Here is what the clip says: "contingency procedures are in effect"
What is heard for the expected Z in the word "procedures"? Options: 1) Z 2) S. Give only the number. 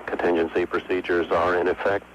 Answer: 1